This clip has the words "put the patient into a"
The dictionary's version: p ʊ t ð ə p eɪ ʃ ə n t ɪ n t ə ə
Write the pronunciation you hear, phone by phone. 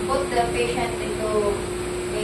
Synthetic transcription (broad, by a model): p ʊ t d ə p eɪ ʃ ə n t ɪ t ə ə